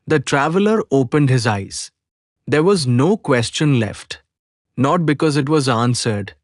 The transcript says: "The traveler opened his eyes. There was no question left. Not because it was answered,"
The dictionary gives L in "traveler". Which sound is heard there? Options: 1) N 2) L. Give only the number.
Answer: 2